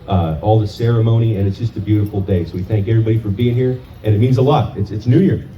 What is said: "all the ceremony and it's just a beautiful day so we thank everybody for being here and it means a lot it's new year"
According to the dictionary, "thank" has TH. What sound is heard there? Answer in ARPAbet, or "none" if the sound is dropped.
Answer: TH